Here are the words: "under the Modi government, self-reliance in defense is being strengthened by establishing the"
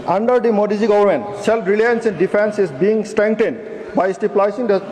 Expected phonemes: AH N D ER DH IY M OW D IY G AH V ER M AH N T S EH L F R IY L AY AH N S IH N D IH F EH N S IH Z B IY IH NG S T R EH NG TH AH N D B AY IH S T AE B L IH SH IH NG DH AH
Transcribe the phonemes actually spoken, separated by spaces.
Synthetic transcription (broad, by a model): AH N D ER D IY M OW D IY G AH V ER M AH N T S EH L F R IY L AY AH N S IH N D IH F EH N S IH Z B IY IH NG S T R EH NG T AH N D B AY S T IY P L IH S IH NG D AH